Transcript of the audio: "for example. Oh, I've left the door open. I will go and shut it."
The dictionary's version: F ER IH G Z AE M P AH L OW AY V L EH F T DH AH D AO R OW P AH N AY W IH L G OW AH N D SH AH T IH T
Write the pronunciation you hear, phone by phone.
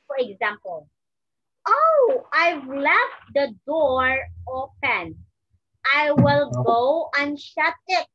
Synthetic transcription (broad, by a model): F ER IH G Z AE M P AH L OW AY V L EH F T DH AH D AO R OW P AH N AY W IH L G OW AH N SH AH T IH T